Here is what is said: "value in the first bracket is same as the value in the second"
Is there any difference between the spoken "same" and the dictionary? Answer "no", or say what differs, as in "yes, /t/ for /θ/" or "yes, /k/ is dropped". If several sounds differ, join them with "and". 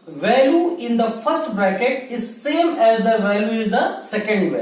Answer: no